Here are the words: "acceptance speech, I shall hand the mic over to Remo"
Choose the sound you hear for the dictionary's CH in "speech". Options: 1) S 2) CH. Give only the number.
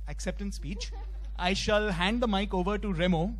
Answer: 2